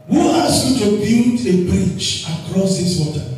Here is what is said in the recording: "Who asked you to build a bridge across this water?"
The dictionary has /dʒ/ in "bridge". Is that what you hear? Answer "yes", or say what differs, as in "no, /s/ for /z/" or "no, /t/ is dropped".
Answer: no, /tʃ/ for /dʒ/